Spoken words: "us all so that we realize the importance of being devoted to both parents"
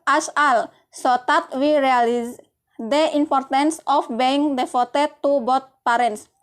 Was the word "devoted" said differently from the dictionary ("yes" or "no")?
yes